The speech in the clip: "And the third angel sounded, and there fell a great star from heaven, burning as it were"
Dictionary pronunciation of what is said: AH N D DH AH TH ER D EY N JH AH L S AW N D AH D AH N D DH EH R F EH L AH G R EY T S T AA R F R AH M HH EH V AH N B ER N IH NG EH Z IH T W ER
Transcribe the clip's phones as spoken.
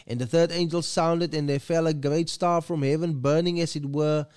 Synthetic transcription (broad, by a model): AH N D DH AH TH ER D EY N JH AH L S AW N D AH D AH N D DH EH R F EH L AH G R EY T S T AA R F R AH M HH EH V AH N B ER N IH NG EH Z IH T W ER